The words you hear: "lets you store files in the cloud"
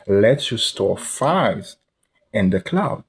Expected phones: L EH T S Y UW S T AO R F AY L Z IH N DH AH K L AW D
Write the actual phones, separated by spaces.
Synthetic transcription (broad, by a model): L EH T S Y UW S T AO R F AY Z IH N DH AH K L AW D